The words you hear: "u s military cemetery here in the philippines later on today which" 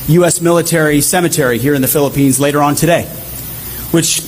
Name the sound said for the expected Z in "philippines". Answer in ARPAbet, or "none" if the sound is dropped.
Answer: Z